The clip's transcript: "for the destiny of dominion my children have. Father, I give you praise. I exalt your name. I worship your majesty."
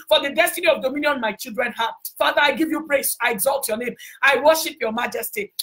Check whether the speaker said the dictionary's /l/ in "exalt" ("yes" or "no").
yes